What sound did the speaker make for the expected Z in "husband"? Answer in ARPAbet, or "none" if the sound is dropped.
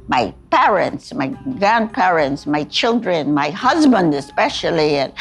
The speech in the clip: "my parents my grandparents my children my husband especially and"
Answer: Z